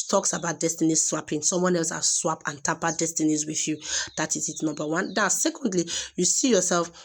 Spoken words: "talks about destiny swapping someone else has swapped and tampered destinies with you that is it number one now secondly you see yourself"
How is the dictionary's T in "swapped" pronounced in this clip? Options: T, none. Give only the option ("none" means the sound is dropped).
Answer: none